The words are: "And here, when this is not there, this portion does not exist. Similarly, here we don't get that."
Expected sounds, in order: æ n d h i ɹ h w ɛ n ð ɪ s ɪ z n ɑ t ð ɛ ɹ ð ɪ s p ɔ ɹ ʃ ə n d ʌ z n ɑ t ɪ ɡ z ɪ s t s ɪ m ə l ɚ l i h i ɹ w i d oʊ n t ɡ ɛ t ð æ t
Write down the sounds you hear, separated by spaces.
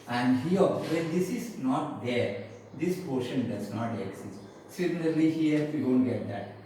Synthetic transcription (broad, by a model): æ n d h i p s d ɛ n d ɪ s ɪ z n ɑ t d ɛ ɹ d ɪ s p ɔ ɹ ʃ ə n d ʌ z n ɑ t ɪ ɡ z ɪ s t s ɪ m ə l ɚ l i h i ɹ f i d oʊ n t ɡ ɛ t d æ t